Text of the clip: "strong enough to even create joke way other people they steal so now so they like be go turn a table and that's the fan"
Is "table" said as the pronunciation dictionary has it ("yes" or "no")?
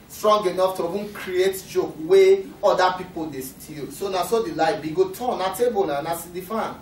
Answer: no